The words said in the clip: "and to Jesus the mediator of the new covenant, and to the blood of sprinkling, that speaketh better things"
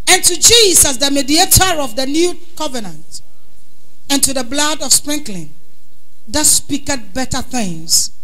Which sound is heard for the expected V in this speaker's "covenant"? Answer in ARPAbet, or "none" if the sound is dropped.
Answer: V